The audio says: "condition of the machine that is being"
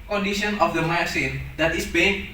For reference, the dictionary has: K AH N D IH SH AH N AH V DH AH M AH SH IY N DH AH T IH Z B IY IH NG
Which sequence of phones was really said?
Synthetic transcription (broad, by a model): K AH N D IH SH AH N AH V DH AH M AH S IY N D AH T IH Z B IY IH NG